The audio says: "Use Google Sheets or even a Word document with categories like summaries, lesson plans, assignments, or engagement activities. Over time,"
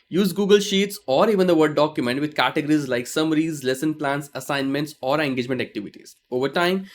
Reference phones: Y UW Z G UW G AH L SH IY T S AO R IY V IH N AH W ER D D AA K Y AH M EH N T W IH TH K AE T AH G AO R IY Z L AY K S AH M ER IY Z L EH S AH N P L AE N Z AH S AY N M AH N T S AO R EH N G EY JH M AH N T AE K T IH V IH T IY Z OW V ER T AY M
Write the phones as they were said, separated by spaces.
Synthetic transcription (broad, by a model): Y UW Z G UW G AH L SH IY T S AO R IY V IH N AH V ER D D AA K Y AH M EH N T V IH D K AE T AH G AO R IY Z L AY K S AH M ER IY Z L EH S AH N P L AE N S AH S AY N M AH N T S AO R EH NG G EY JH M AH N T AE K T IH V IH T IY Z OW V ER T AY M